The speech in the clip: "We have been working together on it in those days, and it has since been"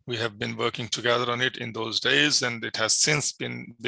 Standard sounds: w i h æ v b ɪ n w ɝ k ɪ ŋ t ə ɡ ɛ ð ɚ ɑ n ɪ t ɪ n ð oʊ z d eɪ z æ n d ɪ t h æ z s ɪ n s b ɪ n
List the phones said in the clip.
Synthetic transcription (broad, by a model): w i h æ v b ɪ n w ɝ k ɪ ŋ t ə ɡ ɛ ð ɚ ɑ n ɪ t ɪ n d oʊ z d eɪ z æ n d ɪ t h æ z s ɪ n s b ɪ n